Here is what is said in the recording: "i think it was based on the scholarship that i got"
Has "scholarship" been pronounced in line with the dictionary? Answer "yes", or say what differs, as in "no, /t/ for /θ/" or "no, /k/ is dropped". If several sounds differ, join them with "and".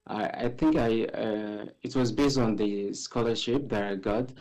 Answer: yes